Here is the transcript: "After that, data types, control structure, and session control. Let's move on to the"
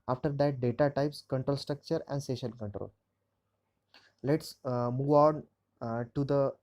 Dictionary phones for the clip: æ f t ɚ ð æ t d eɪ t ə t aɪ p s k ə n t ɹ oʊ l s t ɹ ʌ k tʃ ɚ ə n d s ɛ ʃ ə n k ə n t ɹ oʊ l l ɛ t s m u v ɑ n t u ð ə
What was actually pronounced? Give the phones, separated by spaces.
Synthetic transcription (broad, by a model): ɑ f t ɚ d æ t d eɪ t ə t aɪ p s k ə n t ɹ oʊ l s t ɹ ʌ k tʃ ɚ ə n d s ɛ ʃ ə l k ə n t ɹ oʊ l l ɛ t s m u v ɑ n t u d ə